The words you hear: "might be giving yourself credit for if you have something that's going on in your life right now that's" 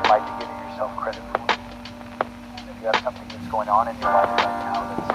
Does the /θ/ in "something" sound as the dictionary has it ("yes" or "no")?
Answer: yes